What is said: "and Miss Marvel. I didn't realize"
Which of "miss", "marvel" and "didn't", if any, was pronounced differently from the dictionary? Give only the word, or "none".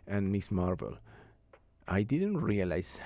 none